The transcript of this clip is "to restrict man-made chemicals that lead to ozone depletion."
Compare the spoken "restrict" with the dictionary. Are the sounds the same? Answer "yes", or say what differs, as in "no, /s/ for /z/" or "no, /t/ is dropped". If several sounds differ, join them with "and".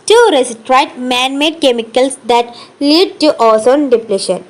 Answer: no, /k/ is dropped